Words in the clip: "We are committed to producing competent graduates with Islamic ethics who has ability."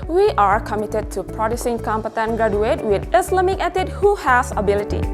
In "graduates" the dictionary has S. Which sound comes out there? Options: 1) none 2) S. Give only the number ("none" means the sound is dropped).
1